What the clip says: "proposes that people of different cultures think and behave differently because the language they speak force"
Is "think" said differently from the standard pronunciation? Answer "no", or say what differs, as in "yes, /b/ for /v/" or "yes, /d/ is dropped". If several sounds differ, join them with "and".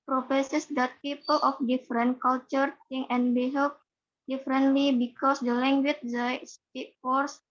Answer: yes, /k/ is dropped